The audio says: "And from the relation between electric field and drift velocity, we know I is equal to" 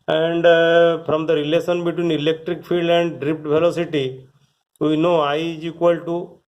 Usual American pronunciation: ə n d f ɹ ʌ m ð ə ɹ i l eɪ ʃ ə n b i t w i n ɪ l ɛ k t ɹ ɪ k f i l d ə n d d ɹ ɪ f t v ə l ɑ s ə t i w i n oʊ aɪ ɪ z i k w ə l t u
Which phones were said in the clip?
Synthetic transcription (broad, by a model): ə n d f ɹ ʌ m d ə ɹ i l eɪ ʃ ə n b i t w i n ɪ l ɛ k t ɹ ɪ k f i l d ə n d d ɹ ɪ p t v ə l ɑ s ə t i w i n oʊ aɪ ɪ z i k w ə l t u